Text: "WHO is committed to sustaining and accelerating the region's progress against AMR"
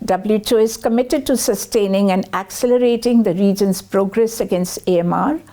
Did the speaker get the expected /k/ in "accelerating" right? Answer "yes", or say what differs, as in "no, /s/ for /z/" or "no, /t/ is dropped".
yes